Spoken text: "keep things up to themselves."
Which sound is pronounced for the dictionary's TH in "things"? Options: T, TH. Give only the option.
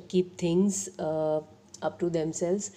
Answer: T